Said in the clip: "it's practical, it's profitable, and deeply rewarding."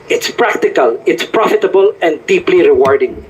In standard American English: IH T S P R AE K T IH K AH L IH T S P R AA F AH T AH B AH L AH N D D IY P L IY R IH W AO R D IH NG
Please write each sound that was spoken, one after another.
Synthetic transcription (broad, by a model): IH T S P R AE K T IH K AH L IH T S P R AA F AH T AH B AH L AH N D D IY P L IY R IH W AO R D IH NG